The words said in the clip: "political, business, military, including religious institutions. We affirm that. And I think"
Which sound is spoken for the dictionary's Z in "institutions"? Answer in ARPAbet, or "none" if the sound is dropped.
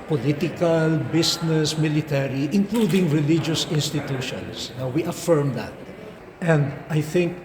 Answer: S